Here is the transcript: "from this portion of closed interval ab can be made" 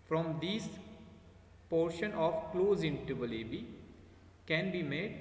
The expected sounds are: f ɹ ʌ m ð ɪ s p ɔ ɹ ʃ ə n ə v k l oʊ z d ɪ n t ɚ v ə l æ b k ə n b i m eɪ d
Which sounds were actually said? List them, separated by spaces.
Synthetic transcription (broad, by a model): f ɹ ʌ m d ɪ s p ɔ ɹ ʃ ə n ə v k l oʊ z ɪ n t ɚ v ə l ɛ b k ə n b i m eɪ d